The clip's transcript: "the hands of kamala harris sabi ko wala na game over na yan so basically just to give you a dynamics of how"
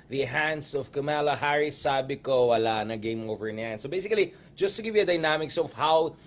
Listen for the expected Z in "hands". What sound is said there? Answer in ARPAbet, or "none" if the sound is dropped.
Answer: S